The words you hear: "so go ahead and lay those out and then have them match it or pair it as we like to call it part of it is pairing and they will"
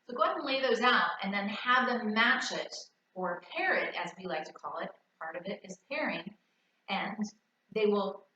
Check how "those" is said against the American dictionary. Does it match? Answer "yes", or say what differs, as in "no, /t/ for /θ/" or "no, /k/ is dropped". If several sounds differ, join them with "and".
yes